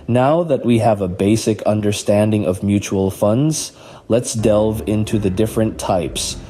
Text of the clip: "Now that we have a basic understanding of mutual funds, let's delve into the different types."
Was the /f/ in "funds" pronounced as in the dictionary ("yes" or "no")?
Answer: yes